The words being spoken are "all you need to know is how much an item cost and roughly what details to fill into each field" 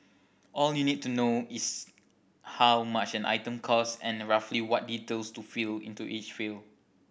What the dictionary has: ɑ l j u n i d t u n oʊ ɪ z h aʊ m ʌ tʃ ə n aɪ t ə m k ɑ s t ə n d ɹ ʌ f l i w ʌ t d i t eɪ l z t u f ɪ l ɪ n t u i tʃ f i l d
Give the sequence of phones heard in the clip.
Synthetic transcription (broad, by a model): ɑ l j u n i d t u n oʊ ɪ s h aʊ m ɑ tʃ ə n aɪ t ə m k ɑ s ə n ɹ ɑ f l i w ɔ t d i t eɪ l s t u f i l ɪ n t u i tʃ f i l